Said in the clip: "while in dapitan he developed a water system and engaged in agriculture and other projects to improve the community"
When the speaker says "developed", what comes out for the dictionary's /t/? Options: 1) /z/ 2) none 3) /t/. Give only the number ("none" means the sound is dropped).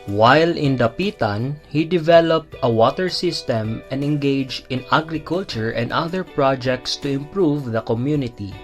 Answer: 3